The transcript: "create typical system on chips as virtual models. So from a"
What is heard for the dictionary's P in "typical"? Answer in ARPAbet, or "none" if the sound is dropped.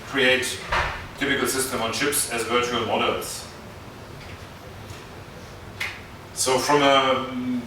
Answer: F